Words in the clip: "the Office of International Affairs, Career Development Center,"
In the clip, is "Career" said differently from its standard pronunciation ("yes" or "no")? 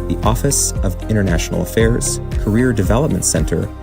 no